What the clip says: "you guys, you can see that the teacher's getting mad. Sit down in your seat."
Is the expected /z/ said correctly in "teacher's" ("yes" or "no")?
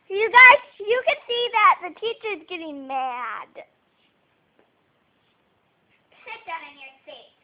yes